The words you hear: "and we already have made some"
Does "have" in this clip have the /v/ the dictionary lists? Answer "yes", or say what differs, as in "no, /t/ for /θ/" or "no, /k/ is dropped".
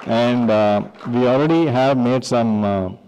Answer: yes